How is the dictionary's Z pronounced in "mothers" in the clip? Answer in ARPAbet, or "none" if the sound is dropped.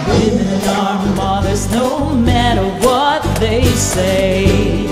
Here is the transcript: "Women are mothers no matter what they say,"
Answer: Z